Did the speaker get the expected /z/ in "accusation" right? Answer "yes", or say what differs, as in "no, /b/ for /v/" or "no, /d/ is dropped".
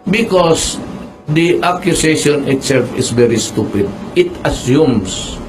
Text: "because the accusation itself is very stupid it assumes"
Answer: no, /s/ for /z/